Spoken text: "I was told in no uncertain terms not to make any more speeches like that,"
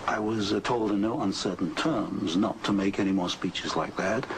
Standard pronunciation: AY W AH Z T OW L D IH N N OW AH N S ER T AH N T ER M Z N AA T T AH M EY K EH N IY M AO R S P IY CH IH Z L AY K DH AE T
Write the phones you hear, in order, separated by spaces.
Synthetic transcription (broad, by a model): AY W AH Z T OW L D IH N N OW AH N S ER T N T ER M Z N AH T T AH M EY K EH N IY M AO R S P IY CH IH Z L AY K DH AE T